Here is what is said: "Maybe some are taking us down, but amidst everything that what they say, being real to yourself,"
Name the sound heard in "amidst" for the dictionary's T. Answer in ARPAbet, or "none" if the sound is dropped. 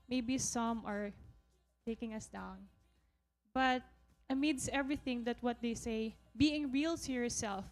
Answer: none